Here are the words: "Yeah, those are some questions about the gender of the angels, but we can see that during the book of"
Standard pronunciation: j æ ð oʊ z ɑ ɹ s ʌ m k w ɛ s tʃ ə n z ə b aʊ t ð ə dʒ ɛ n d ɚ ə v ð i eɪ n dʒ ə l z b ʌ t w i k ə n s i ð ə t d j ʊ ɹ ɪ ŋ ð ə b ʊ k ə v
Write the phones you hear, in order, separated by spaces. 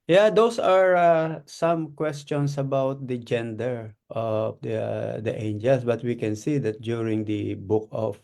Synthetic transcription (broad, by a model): j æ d oʊ s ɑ ɹ s ʌ m k w ɛ s tʃ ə n s ə b aʊ t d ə dʒ ɛ n d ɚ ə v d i eɪ n dʒ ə l s b ʌ t w i k ə n s i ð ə t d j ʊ ɹ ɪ ŋ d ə b ʊ k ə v